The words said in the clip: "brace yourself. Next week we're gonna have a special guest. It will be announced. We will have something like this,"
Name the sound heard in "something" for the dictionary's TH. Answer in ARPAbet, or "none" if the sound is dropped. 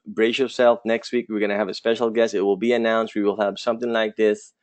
TH